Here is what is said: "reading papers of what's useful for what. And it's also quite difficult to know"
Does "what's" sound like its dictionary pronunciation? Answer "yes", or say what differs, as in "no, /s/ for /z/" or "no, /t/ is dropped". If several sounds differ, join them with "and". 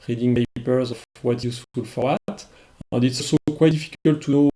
no, /s/ is dropped